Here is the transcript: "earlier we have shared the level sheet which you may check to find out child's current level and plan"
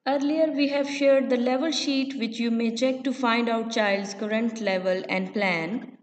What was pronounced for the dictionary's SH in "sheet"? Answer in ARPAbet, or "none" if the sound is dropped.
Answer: SH